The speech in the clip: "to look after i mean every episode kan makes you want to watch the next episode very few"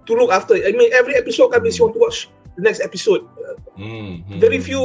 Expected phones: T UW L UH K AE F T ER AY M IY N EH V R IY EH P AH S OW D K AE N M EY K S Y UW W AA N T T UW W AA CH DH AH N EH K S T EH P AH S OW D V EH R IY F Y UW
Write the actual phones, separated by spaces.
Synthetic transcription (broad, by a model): T UW L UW K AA F T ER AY M IY N EH V R IY EH P AH S OW D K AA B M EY S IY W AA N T T UW W AA CH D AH N EH K S T EH P AH S OW D V EH R IY F Y UW